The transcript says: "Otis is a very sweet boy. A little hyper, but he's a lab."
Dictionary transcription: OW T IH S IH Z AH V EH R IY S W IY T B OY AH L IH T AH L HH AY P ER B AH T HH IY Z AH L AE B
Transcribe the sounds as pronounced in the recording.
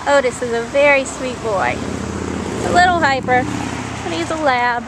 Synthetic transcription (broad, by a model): OW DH IH S IH Z AH V EH R IY S W IY T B OY AH L IH T L HH AY P ER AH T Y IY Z AH L AE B